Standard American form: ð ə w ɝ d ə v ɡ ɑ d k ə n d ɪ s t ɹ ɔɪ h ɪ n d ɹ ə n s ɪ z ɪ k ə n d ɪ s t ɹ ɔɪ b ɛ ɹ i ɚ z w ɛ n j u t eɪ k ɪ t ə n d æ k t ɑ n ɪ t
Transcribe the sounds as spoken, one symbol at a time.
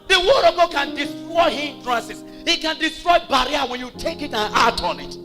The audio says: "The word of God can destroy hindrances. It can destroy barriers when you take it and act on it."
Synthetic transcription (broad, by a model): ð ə w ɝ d ə v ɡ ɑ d k ə n d ɪ s t ɹ ɔɪ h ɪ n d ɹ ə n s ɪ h ɪ k ə n d ɪ s t ɹ ɔɪ b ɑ ɹ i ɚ w ɛ n j u t eɪ k ɪ t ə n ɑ t ɑ n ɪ t